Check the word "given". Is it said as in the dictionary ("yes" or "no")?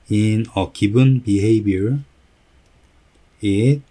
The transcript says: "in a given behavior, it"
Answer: no